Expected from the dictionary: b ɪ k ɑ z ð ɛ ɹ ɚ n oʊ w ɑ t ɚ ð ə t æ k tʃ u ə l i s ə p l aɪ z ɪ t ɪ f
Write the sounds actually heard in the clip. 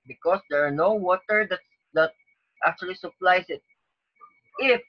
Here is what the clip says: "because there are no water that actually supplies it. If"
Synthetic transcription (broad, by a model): b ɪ k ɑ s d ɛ ɹ n oʊ w ɑ t ɚ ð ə t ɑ k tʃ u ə l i s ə p l aɪ s ɪ t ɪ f